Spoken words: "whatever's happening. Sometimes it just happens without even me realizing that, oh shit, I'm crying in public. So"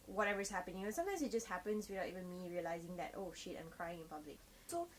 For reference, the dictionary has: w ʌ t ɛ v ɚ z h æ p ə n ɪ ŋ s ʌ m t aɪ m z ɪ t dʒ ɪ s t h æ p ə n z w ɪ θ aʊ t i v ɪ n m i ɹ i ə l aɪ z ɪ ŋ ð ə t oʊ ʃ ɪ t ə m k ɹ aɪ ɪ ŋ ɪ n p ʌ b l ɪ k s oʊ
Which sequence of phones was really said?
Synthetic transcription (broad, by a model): w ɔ t ɛ v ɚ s h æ p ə n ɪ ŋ s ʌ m t aɪ m s ɪ t dʒ ɪ s t h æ p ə n s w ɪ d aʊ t i v ɪ n m i ɹ i ə l aɪ z ɪ ŋ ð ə t oʊ ʃ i t ə m k ɹ aɪ ɪ ŋ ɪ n p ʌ b l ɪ k s oʊ